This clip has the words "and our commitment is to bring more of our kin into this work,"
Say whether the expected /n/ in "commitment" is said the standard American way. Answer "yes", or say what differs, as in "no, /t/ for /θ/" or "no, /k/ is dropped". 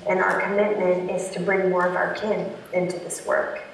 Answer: yes